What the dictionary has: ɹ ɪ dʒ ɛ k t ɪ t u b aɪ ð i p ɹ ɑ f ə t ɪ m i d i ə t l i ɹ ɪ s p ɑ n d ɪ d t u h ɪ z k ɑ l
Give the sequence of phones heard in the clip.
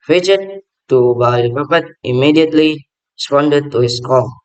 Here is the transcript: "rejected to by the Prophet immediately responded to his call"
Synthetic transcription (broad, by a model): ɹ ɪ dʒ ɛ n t t u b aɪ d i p ɑ p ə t ɪ m i d i ə t l i ɹ ɪ s p ɑ n d ɪ d t u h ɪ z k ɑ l